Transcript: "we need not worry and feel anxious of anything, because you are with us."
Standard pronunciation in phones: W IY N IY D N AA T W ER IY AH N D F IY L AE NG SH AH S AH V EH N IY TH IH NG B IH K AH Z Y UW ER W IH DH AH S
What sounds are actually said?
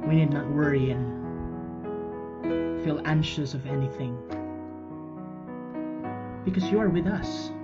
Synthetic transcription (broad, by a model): W IY N IY D N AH T W ER IY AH N F IY L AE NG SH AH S AH V EH N IY TH IH NG B IH K AH Z Y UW ER W IH DH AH S